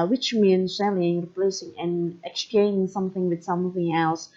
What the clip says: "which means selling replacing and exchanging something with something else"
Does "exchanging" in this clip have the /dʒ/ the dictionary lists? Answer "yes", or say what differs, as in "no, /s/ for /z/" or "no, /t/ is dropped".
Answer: no, /dʒ/ is dropped